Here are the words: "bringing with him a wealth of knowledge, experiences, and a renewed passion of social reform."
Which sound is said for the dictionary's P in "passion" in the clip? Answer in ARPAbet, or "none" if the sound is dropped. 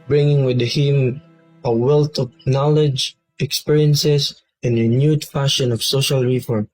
F